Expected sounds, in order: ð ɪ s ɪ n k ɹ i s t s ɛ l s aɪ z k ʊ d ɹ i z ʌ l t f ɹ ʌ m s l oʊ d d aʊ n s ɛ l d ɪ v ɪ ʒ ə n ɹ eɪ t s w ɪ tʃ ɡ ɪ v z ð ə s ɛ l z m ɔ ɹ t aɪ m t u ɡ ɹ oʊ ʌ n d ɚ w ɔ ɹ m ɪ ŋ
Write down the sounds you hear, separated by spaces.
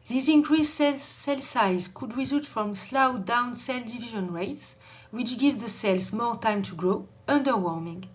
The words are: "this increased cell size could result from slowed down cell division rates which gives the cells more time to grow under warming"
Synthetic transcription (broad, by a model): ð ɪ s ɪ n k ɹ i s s s ɛ l s aɪ z k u d ɹ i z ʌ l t f ɹ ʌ m s l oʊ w d aʊ n s ɛ l d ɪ v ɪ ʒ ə n ɹ eɪ t s w ɪ tʃ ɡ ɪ v ð ə s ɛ l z m ɔ ɹ t aɪ m t u ɡ ɹ oʊ ʌ n d ɚ w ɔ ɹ m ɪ ŋ